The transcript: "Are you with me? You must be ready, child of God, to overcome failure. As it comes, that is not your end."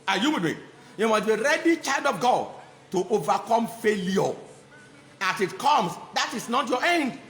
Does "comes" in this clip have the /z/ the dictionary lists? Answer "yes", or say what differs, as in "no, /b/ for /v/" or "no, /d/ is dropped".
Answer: no, /s/ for /z/